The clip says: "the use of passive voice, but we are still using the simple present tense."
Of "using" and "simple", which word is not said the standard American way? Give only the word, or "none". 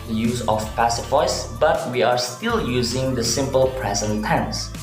none